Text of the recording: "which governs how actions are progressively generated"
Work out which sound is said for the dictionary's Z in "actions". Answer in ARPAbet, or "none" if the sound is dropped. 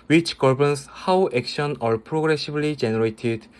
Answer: none